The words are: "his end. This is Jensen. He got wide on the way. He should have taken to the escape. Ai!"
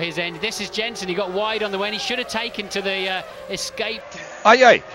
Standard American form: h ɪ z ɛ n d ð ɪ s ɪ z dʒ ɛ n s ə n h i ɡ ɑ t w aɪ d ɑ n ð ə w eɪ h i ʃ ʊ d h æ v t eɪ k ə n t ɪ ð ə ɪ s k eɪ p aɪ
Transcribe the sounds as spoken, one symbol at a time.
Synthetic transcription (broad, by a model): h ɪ z ɛ n d ð ɪ s ɪ z dʒ ɛ n s ə n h i ɡ ɑ t w aɪ d n ð ə w eɪ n i ʃ ʊ d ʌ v t eɪ k ə n t ɪ ð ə ɪ s k eɪ p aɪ